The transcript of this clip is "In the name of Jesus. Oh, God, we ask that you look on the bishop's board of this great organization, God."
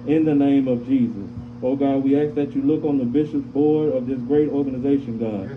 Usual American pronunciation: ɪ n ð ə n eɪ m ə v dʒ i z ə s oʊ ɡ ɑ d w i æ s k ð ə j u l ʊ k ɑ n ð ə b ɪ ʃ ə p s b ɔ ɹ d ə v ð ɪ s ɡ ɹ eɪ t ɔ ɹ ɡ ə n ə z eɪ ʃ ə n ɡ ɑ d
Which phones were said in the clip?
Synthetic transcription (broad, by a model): ɪ n ð ə n eɪ m ə v dʒ i z ə s oʊ ɡ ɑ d w i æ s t ð ə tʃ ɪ l ʊ k n ð ə b ɪ ʃ ə p s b ɔ ɹ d ə v ð ɪ s ɡ ɹ eɪ t ɔ ɹ ɡ ə n ə z eɪ ʃ ə n ɡ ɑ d